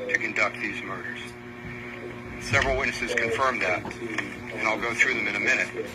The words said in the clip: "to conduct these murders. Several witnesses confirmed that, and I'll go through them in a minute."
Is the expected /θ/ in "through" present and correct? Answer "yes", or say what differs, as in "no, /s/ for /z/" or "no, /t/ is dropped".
yes